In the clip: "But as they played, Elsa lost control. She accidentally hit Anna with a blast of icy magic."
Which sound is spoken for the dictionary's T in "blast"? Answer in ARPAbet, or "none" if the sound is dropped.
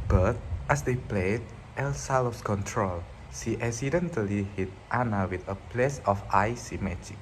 none